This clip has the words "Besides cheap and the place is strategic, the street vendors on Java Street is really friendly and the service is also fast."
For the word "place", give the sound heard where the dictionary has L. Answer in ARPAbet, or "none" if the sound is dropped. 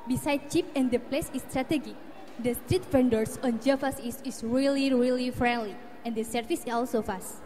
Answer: L